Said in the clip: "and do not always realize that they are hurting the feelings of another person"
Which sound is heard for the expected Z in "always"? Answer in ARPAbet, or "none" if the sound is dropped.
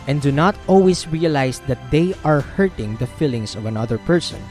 S